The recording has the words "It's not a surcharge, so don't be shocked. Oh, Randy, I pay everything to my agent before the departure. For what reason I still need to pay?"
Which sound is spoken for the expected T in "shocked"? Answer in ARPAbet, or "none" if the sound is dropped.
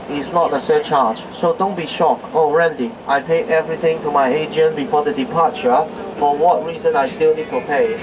none